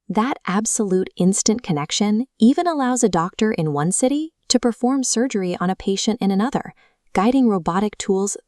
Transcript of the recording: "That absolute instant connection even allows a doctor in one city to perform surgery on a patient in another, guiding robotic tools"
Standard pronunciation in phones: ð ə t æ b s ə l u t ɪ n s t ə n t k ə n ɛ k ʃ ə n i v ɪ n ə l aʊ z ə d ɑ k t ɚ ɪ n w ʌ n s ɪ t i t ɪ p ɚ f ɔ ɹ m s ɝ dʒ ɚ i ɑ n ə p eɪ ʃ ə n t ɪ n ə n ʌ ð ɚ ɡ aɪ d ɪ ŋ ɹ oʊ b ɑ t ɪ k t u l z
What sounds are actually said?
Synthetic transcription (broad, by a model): ð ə t æ b s ə l u t ɪ n s t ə n k ə n ɛ k ʃ ə n i v ɪ n ə l aʊ z ə d ɑ k t ɚ ɪ n w ʌ n s ɪ t i t ɪ p ɚ f ɔ ɹ m s ɝ dʒ ɚ i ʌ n ə p eɪ ʃ ə n t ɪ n ə n ʌ ð ɚ ɡ aɪ d ɪ ŋ ɹ oʊ b ɑ t ɪ k t u l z